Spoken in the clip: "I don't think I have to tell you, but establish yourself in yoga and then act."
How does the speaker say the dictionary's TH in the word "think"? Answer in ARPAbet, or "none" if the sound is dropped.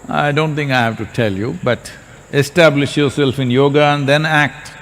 T